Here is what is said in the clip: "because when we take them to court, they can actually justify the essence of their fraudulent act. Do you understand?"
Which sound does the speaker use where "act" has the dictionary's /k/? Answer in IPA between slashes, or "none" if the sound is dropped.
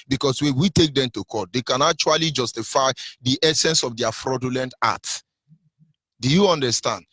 none